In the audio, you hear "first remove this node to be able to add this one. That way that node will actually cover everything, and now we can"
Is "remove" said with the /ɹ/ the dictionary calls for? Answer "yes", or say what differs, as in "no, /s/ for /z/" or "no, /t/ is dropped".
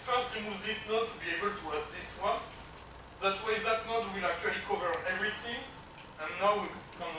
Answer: no, /l/ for /ɹ/